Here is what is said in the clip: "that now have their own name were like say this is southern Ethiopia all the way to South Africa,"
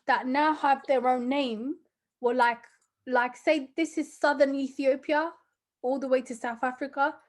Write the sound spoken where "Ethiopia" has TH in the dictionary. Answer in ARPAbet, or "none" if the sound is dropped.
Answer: TH